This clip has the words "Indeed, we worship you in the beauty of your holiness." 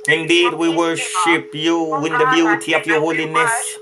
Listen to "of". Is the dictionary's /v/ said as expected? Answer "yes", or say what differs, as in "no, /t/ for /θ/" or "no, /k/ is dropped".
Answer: no, /p/ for /v/